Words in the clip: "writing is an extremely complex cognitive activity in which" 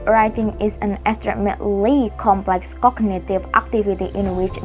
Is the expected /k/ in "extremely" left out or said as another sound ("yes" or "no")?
yes